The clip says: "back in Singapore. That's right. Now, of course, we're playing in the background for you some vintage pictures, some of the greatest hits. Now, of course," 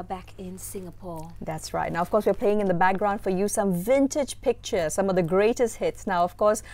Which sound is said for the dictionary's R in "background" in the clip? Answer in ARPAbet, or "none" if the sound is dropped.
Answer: R